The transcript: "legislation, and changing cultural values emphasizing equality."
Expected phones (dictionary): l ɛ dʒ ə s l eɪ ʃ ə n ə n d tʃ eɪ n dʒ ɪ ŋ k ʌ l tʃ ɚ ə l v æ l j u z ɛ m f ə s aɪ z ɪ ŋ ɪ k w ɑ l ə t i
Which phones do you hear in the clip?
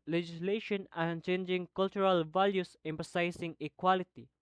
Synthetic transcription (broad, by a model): l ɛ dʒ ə s l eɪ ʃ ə n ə n tʃ eɪ n dʒ ɪ ŋ k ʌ l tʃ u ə l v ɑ l j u s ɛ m p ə s aɪ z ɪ ŋ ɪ k w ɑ l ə t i